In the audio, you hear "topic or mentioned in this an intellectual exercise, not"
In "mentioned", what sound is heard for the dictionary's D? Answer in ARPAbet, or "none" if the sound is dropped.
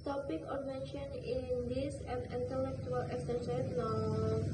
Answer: none